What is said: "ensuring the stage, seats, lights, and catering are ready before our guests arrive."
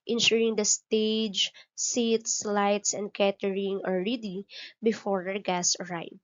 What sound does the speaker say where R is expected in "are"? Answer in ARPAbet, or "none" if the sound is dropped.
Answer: L